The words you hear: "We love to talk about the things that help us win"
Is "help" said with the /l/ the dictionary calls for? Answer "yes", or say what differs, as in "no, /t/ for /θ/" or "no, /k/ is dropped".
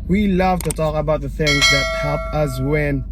no, /l/ is dropped